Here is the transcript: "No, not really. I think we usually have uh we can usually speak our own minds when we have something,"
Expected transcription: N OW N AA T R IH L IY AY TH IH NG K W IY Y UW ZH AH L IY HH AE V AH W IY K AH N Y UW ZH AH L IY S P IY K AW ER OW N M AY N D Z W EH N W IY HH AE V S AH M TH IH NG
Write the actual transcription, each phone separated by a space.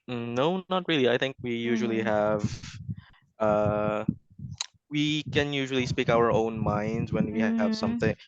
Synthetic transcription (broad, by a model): N OW N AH T R IH L IY AY TH IH NG K W IY Y UW ZH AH L IY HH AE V AH W IY K AH N Y UW ZH L IY S P IY K AW ER OW N M AY N D Z W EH N W IY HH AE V S AH M TH IH NG